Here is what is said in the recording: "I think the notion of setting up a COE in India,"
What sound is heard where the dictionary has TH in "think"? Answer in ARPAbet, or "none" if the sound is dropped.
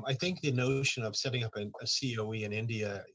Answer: TH